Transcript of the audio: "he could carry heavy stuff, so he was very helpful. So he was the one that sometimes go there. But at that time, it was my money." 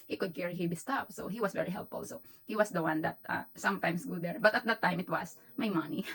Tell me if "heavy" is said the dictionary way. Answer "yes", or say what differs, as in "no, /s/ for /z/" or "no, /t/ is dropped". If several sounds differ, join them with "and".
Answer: no, /b/ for /v/